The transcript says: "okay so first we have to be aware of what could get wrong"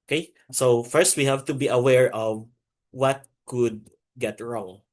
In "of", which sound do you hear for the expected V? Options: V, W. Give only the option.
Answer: V